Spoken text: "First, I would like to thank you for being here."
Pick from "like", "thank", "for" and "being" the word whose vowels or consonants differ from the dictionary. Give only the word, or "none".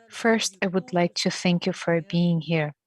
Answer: none